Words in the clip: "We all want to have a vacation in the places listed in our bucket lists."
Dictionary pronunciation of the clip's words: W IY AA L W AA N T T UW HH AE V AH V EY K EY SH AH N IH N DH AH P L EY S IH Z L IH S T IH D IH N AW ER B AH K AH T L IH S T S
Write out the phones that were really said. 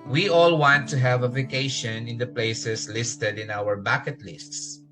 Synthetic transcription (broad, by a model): W IY AA L W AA N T T UW HH AE V AH V EY K EY SH AH N IH N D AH P L EY S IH S L IH S T IH D IH N AW ER B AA K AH T L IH S T S